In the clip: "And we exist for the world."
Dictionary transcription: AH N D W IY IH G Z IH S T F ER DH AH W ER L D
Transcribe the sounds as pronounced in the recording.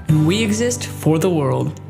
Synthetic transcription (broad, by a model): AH N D W IY IH G Z IH S T F ER DH AH W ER L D